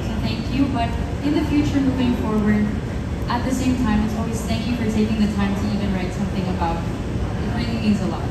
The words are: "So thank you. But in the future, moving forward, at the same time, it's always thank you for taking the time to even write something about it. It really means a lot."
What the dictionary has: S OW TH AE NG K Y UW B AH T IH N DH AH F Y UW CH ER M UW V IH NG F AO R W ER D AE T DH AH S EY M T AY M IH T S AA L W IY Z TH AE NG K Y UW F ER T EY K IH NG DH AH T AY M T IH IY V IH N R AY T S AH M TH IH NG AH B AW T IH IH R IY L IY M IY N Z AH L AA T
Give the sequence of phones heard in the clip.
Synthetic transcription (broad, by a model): S OW TH AE NG K Y UW B AH T IH N DH AH F Y UW CH ER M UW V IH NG F AO R W ER D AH T DH AH S EY M T AY M IH T S AA L W IY Z TH AE NG K Y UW F ER T EY K IH NG DH AH T AY M T IH IY V IH N R AY T S AH M TH IH NG AH B AW T IH IH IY IY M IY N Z AH L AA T